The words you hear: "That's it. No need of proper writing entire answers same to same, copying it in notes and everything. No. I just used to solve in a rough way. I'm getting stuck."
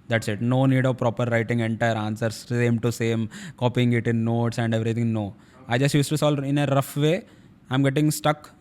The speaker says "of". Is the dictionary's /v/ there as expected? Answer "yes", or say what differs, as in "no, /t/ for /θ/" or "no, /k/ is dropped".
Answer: yes